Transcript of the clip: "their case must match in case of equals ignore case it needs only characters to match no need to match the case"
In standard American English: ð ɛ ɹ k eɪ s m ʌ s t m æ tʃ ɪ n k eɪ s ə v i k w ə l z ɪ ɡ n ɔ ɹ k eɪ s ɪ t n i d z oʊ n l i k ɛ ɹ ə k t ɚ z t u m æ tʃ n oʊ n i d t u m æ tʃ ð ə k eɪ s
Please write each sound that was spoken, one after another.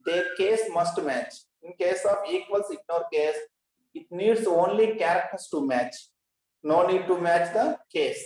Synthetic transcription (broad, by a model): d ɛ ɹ k eɪ s m ʌ s t m æ tʃ ɪ n k eɪ s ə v i k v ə l s ɪ ɡ n ɔ ɹ k eɪ s ɪ t n i d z oʊ n l i k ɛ ɹ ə k t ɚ s t u m æ tʃ n oʊ n i d t u m æ tʃ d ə k eɪ s